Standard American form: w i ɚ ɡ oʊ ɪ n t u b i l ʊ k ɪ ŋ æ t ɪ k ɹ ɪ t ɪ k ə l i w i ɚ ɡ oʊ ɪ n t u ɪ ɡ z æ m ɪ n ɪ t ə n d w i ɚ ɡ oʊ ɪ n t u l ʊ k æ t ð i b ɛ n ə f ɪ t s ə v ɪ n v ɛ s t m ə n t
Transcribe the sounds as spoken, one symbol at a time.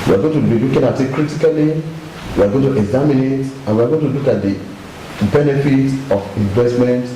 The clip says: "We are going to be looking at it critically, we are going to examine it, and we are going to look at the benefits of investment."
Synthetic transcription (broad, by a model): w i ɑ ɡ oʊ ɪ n t u b i l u k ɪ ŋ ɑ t ɪ k ɹ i t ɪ k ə l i w i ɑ ɡ oʊ ɪ n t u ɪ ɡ z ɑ m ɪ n ɪ t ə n w i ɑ ɡ oʊ ɪ n t u l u k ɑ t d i b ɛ n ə f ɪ t ə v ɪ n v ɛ s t m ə n t